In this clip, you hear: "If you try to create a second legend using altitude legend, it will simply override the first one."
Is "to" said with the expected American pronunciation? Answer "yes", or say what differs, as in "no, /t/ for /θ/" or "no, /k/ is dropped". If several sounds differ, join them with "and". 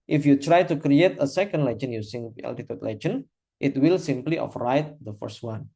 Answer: yes